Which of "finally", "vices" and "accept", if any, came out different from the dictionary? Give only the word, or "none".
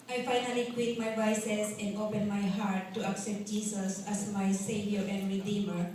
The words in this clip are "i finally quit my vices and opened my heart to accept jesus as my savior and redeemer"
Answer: vices